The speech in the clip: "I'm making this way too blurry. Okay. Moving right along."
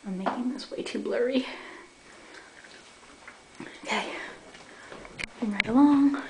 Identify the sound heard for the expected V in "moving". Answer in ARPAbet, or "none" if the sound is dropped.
W